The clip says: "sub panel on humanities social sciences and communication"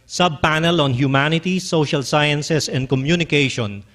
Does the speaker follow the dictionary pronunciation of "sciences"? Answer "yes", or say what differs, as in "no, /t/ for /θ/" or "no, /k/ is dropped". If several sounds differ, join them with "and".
no, /s/ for /z/